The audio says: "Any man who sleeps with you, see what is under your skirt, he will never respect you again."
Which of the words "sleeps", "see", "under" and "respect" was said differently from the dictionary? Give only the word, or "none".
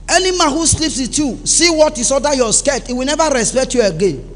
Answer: under